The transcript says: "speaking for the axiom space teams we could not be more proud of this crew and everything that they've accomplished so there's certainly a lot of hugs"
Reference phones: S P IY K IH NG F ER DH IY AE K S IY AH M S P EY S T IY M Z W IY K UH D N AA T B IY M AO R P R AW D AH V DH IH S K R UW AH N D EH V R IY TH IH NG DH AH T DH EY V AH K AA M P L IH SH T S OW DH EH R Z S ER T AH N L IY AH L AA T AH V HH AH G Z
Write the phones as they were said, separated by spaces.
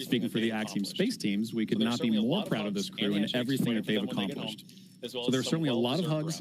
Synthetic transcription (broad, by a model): S P IY K IH NG F ER DH IY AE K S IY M S P EY S T IY M Z W IY K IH D N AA T B IY M AO R P R AW D AH V DH IH S K R UW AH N EH V R IY TH IH NG DH AH T DH EY V AH K AA M P L IH SH T S OW DH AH R S ER T N L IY AH L AA T AH V HH AH G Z